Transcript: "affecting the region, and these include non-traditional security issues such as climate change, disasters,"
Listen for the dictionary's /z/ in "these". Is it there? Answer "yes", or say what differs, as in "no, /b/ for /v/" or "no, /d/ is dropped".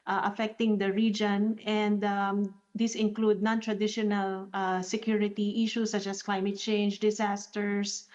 no, /s/ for /z/